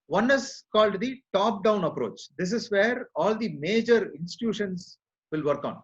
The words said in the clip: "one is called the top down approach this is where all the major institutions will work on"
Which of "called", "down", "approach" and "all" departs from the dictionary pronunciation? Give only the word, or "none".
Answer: none